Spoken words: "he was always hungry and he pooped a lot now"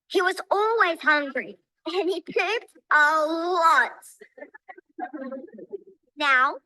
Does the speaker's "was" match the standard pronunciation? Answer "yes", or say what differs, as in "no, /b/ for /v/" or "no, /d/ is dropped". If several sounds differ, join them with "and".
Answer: yes